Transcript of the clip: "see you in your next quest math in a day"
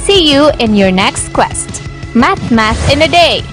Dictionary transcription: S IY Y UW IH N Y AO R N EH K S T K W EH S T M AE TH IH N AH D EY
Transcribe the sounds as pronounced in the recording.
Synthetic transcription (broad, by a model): S IY Y UW IH N Y AO R N EH K S T K W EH S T M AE S IH N AH D EY